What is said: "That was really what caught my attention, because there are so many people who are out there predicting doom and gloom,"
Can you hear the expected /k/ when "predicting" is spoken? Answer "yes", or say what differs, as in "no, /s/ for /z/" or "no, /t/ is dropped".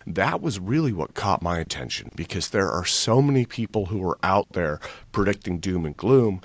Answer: yes